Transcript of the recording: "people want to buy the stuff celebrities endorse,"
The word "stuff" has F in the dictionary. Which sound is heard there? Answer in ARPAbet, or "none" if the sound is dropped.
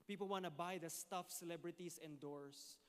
F